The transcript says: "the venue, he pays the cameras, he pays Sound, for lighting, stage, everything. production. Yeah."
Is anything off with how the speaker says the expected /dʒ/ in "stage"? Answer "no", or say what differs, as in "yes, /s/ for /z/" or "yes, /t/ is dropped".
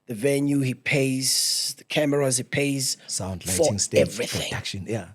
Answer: yes, /dʒ/ is dropped